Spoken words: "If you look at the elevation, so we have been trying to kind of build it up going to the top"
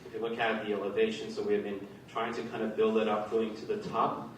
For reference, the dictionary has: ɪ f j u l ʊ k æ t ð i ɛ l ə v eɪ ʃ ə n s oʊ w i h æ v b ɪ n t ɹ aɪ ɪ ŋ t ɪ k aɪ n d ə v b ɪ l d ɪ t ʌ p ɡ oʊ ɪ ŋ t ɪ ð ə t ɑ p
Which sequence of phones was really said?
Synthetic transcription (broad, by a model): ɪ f j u l ʊ k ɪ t ð i ɛ l ə v eɪ ʃ ə n s oʊ w i v b ɪ n t ɹ aɪ ɪ ŋ t ɪ k aɪ n d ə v b ɪ l d ɪ t ʌ p ɡ oʊ ɪ ŋ t ɪ ð ə t ɑ p